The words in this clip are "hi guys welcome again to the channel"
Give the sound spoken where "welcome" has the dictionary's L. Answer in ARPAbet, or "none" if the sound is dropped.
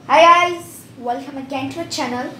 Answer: L